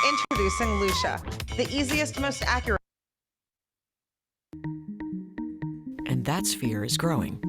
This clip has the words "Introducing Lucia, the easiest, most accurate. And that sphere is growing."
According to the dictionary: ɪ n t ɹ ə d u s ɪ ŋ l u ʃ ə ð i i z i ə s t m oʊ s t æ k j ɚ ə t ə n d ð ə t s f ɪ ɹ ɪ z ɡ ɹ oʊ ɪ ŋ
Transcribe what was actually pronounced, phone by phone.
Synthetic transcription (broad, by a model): ɪ n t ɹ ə d u s ɪ ŋ l u ʃ ə ð i i z i ə s t m oʊ s t æ k j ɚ t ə n ð ə t s f ɪ ɹ ɪ z ɡ ɹ oʊ ɪ ŋ